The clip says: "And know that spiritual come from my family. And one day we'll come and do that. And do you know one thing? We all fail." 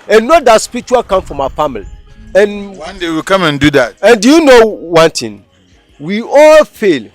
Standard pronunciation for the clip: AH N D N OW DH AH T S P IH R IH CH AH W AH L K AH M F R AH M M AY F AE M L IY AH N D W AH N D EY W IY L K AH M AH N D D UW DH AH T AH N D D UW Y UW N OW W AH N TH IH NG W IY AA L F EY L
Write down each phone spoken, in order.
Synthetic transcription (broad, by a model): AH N N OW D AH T S P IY R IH CH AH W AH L K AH M F R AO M M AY F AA M L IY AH N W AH N D EY W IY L K AH M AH N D D UW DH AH T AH N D D UW Y UW N OW W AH N T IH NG W IY AA L F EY L